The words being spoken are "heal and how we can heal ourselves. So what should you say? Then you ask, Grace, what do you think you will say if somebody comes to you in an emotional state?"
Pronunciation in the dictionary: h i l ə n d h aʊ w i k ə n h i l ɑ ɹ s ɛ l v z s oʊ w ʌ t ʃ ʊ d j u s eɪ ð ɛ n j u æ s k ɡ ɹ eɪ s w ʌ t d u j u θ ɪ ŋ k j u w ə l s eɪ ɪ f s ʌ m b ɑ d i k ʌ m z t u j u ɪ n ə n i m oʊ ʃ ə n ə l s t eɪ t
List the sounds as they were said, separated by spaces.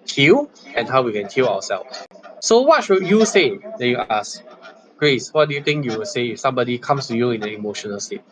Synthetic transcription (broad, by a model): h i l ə n h aʊ w i k ə n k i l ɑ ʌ s ɛ l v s s oʊ w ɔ t ʃ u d j u s eɪ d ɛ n j u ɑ s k ɡ ɹ eɪ s w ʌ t d u j u t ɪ ŋ k j u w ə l s eɪ ɪ f s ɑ m b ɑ d i k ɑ m s t u j u ɪ n ə n i m oʊ ʃ ə n ə l s t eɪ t